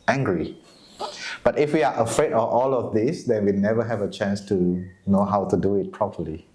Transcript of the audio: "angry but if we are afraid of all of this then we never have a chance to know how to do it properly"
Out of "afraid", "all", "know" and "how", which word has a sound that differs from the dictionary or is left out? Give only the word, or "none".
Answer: none